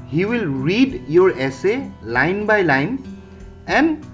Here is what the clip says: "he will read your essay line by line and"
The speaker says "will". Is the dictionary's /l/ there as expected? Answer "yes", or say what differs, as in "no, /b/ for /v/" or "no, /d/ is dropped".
yes